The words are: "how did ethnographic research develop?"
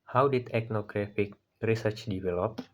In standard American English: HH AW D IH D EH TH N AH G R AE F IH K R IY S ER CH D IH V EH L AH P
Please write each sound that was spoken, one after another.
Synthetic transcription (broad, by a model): HH AW D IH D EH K N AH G R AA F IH K R IY S ER CH D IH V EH L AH P